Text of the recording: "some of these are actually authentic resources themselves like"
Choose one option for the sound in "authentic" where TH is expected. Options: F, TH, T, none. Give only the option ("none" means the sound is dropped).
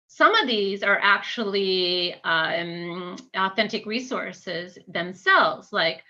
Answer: TH